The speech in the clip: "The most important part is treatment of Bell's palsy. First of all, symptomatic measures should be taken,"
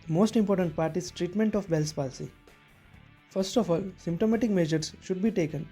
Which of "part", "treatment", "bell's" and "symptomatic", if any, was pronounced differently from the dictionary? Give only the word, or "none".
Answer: bell's